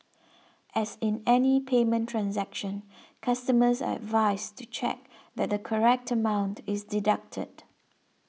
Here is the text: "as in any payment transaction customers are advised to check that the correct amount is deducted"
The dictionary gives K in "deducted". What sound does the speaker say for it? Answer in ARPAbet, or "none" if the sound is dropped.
K